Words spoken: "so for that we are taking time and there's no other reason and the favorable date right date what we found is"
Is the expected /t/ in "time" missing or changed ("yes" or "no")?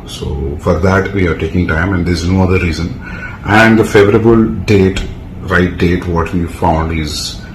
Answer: no